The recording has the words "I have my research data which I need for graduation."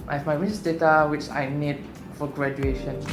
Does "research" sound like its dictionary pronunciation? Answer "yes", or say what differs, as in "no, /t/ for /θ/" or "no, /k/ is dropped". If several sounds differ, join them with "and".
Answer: no, /s/ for /tʃ/